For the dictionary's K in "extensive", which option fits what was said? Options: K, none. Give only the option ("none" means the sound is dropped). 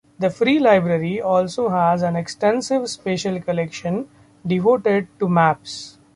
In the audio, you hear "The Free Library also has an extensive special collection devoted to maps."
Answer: K